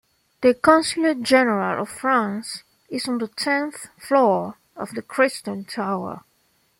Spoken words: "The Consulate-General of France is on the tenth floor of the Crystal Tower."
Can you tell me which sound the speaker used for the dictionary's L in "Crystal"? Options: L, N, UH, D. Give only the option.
N